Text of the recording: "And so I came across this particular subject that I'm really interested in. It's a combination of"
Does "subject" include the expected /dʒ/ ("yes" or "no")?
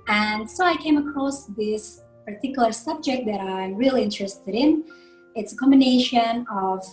yes